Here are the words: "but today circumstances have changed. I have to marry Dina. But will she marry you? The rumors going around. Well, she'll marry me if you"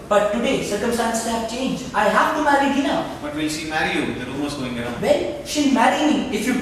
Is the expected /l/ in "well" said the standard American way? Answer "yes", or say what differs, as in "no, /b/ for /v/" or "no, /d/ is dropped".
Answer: no, /n/ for /l/